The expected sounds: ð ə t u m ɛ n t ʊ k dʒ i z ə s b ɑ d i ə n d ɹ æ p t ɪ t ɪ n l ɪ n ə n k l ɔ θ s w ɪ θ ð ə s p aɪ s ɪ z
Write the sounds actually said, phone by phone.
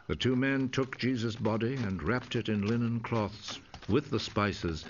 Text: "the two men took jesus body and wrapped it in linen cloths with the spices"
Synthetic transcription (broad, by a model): ð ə t u m ɛ n t ʊ k dʒ i z ə s b ɑ d i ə n ɹ æ p t ɪ t ɪ n l ɪ n ə n k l ɔ θ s w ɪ ð ə s p aɪ s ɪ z